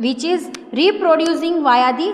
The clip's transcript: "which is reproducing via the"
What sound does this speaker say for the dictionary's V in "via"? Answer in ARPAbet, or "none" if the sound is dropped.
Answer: V